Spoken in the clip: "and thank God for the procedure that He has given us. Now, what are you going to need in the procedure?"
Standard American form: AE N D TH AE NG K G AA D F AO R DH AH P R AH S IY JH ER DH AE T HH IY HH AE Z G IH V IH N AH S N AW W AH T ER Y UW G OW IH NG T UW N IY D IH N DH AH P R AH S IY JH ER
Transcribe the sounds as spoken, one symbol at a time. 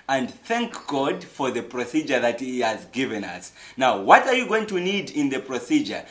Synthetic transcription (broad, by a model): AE N D TH AE NG K G AA D F AO R DH AH P R AH S IY JH ER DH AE T HH IY HH AE Z G IH V IH N AH S N AW W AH T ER Y UW G OW IH NG T UW N IY D IH N DH AH P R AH S IY JH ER